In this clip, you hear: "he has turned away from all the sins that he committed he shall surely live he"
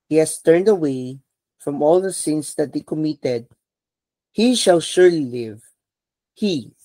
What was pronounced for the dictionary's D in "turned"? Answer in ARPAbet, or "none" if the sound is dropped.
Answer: D